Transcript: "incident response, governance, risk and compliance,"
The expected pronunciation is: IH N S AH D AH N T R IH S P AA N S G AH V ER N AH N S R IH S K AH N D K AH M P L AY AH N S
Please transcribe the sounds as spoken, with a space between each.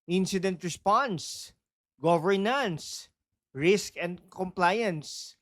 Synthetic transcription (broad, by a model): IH N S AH D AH N T R IH S P AA N S G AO V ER N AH N S R IH S K AH N D K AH M P L AY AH N S